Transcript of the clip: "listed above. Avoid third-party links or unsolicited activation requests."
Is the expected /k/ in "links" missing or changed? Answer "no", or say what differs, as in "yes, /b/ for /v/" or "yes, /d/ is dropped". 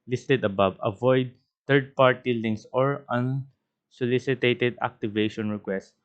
yes, /k/ is dropped